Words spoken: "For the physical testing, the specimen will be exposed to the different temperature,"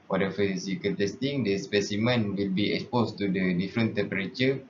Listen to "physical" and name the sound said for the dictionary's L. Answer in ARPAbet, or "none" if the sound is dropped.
N